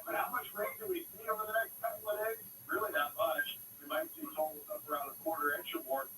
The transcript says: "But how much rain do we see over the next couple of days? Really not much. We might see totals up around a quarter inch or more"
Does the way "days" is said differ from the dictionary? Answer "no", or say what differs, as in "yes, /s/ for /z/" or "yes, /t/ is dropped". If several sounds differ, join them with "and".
yes, /z/ is dropped